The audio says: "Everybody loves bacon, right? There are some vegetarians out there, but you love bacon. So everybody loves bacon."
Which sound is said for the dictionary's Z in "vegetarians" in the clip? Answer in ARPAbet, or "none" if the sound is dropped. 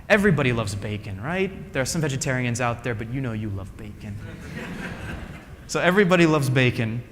Z